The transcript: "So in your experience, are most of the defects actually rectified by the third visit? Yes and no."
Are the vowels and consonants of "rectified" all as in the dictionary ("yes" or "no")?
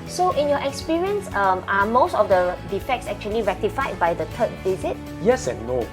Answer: yes